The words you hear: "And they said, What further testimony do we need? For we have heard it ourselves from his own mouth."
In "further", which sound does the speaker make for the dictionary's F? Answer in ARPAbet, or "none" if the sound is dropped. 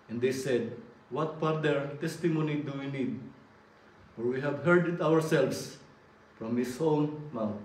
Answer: P